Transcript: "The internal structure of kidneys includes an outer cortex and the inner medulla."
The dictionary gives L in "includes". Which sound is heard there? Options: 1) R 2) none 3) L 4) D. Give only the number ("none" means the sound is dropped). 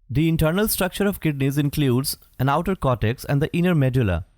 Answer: 3